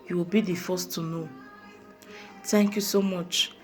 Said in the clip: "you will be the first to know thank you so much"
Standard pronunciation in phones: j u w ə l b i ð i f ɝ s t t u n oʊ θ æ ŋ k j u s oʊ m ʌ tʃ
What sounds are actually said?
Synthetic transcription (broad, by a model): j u w ə l b i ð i f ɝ s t t u n oʊ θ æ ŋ k j u s oʊ m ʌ tʃ